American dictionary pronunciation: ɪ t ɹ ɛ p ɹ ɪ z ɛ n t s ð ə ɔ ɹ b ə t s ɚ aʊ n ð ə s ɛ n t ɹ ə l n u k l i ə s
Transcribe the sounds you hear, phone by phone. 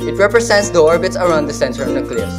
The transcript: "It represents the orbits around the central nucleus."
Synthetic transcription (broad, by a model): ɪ t ɹ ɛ p ɹ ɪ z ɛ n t s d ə ɔ ɹ b ə t s ɚ aʊ n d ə s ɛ n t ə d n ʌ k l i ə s